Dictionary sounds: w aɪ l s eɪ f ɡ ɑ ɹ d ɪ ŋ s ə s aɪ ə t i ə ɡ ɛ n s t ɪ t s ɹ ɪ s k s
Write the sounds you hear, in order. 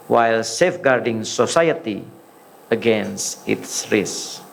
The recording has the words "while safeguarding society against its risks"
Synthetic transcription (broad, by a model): w aɪ l s eɪ f ɡ ɑ ɹ d ɪ ŋ s ə s aɪ ə t i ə ɡ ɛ n s ɪ t s ɹ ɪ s s